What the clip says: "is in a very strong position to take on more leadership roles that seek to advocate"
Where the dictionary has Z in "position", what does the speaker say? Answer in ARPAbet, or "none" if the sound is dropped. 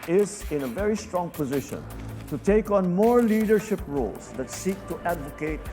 Z